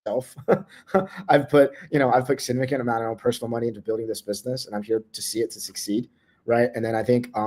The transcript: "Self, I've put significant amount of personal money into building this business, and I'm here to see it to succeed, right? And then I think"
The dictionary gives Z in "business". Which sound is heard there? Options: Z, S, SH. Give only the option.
Z